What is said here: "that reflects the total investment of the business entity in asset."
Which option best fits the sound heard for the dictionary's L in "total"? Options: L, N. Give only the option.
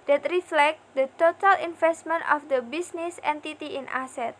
L